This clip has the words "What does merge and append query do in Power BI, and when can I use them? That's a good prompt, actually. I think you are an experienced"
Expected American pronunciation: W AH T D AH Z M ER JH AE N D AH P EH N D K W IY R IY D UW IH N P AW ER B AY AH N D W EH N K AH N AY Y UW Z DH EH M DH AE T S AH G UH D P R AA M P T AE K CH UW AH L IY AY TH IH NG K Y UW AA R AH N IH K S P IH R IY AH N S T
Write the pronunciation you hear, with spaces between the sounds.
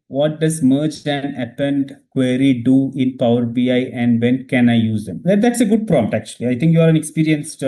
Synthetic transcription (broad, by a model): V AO T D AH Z M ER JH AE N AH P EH N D K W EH R IY D UW IH N P AW ER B AY AH N D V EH N K AH N AY Y UW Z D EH M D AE T S AH G UH D P R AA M T AE K CH UW AH L IY AY T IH NG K Y UW AA R AH N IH K S P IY R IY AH N S